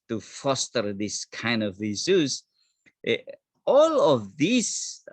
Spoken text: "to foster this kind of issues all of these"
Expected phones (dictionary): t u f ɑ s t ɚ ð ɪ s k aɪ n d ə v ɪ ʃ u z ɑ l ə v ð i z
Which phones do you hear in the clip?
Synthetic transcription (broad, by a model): t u f ɑ s t ɚ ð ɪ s k aɪ n d ə v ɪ s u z ɑ l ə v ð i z